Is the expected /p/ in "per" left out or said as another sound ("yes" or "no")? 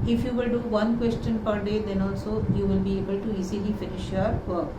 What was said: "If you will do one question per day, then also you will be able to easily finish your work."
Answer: no